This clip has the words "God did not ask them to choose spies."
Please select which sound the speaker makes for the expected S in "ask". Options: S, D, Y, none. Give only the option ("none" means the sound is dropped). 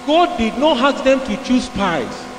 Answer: none